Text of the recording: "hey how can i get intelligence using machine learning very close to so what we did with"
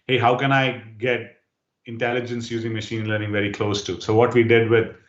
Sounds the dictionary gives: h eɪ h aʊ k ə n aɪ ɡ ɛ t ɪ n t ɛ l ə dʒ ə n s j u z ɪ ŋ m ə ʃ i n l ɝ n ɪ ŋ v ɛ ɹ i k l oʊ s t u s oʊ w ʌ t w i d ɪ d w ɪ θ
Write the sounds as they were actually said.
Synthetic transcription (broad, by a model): h eɪ h aʊ k ə n aɪ ɡ ɛ t ɪ n t ɛ l ə dʒ ə n s j u z ɪ ŋ m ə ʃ i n l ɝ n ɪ ŋ v ɛ ɹ i k l oʊ s t u s oʊ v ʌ t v i d ɪ d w ɪ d